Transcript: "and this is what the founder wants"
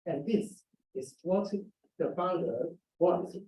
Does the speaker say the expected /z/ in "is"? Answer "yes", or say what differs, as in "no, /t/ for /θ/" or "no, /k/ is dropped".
no, /s/ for /z/